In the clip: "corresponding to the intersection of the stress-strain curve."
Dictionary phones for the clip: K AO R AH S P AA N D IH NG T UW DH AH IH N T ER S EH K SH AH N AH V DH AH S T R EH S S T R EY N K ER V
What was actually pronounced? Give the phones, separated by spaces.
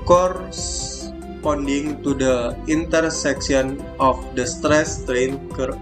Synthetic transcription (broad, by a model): K AO R S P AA N D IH NG T UW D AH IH N T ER S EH K S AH N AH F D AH S T R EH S S T R EY N K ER